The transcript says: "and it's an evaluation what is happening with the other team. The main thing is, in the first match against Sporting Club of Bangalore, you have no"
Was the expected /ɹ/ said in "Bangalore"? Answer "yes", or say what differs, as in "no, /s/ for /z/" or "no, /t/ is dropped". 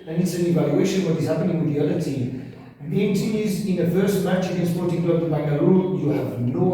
no, /l/ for /ɹ/